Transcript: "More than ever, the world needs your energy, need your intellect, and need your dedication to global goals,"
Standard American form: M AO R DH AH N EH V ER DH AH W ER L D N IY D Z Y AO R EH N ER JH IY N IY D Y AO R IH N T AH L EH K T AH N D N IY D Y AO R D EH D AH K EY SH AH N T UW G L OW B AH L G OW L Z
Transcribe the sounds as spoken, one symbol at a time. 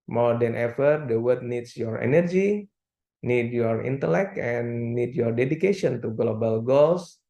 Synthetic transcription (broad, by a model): M AO R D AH N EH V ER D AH W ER D N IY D S Y AO R EH N ER JH IY N IY D Y AO R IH N T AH L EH K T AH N N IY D Y AO R D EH D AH K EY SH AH N T UW G L OW B AH L G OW L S